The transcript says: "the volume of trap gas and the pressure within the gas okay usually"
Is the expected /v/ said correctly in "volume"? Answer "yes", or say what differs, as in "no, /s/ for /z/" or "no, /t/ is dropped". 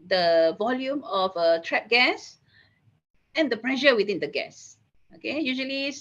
yes